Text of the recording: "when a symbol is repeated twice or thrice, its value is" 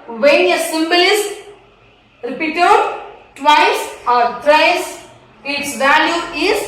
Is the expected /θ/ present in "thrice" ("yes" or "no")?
no